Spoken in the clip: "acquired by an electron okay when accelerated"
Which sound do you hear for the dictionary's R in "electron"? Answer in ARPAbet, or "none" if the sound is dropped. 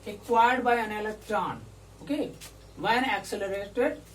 none